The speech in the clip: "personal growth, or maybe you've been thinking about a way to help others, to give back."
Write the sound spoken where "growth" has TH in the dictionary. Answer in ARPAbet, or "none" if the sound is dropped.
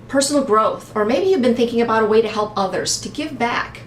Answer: TH